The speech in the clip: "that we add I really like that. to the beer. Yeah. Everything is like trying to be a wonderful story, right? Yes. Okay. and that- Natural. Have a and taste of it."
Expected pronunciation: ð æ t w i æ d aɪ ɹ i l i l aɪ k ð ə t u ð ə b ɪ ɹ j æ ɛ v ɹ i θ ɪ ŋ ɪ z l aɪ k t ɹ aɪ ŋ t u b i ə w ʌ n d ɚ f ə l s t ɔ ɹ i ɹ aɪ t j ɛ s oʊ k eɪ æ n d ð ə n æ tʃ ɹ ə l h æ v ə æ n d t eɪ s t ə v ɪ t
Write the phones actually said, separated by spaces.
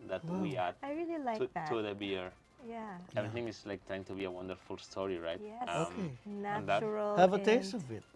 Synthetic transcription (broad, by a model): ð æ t w i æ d aɪ ɹ i l i l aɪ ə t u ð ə b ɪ ɹ j æ ɛ v ɹ i θ ɪ ŋ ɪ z l aɪ k t ɹ aɪ ŋ t u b i ə w ʌ n d ɚ f ə l s t ɔ ɹ i ɹ aɪ t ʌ oʊ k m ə n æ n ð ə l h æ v ə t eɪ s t ə v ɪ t